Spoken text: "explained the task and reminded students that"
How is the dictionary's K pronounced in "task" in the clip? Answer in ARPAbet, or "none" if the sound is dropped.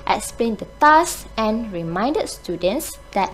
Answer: none